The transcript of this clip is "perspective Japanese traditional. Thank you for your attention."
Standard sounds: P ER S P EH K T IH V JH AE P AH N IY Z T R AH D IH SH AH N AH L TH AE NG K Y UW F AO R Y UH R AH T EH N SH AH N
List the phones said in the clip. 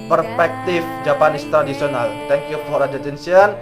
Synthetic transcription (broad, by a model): P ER S P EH K T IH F JH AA P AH N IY S T R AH D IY S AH N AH L T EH NG K Y UW F AO R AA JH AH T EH N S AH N